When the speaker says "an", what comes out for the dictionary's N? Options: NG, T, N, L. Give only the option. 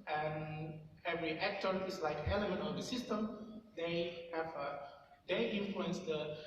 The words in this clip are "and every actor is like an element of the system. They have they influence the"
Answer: L